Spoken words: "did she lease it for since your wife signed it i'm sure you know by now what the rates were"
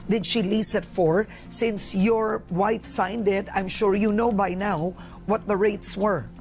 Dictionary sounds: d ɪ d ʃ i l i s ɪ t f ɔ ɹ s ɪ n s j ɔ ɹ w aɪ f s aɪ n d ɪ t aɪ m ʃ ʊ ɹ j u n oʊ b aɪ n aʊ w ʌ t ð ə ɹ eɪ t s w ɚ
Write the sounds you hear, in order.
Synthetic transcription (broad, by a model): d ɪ d ʃ i l i s ɪ t f ɔ ɹ s ɪ n s j ɔ ɹ w aɪ f s aɪ n d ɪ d aɪ m ʃ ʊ ɹ j u n oʊ b aɪ n aʊ w ʌ t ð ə ɹ eɪ t s w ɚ